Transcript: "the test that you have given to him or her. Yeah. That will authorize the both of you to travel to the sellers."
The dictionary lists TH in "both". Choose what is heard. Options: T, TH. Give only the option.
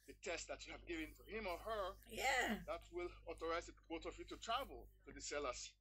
T